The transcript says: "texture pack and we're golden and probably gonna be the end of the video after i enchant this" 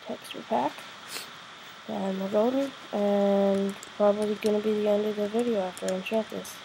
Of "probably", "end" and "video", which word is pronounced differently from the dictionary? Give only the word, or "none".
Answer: none